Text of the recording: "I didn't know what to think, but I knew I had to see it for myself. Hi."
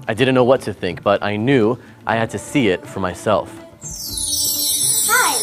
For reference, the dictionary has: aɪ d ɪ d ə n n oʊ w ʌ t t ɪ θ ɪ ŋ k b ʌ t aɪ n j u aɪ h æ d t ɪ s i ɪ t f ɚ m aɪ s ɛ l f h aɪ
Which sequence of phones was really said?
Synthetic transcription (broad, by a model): aɪ d ɪ d n n oʊ w ʌ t t ɪ θ ɪ ŋ k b ʌ t aɪ n j u aɪ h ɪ d t ɪ s i ɪ t f ɚ m aɪ s ɛ l f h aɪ